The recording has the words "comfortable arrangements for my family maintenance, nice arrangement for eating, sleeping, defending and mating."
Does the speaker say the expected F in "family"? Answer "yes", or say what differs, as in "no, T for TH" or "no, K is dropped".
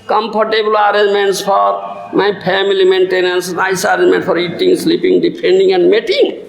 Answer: no, P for F